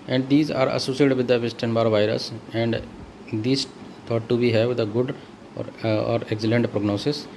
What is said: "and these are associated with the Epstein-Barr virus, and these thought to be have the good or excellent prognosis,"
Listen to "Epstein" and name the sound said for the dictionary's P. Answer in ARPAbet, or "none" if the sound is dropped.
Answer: none